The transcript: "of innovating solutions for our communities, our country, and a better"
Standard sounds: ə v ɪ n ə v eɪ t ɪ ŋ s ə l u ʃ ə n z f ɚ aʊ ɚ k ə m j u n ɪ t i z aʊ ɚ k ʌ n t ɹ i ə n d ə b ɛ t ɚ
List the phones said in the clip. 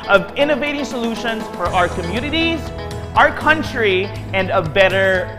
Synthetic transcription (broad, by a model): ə v ɪ n ə v eɪ t ɪ ŋ s ə l u ʃ ə n z f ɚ aʊ ɚ k ə m j u n ɪ t i z aʊ ɚ k ʌ n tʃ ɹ i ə n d ə b ɛ t ɚ